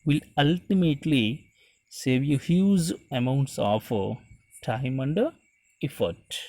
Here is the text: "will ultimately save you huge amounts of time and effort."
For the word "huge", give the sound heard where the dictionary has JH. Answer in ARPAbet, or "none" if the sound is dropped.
Z